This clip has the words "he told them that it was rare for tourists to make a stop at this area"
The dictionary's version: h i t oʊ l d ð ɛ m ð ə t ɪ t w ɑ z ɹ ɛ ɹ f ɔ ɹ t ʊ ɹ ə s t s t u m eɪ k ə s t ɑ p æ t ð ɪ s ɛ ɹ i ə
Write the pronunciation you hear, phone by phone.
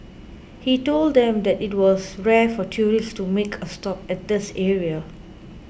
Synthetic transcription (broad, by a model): h i t oʊ l d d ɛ m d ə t ɪ t w ɑ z ɹ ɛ f ɔ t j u ɹ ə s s t u m eɪ k ə s t ɑ p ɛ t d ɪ s ɛ ɹ i ə